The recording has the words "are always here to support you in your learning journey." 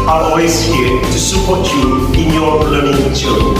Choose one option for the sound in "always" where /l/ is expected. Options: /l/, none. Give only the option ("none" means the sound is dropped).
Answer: none